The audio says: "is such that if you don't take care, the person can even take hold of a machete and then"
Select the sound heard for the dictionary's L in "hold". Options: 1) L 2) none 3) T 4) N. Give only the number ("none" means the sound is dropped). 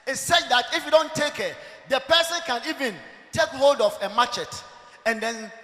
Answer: 1